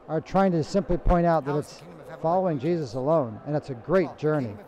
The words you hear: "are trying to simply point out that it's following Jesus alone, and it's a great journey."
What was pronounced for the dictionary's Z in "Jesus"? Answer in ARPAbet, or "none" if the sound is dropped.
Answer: Z